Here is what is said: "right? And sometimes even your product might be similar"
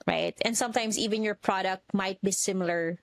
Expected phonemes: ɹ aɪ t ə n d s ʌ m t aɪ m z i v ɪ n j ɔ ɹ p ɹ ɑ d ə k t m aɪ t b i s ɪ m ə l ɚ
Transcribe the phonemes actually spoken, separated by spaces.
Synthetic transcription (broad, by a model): ɹ aɪ t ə n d s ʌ m t aɪ m s i v ɪ n j ɔ ɹ p ɹ ɑ d ə k t m aɪ t b i s ɪ m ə l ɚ